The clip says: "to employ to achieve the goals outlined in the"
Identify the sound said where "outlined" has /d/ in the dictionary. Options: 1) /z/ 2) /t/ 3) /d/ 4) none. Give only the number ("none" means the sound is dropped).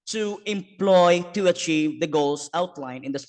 4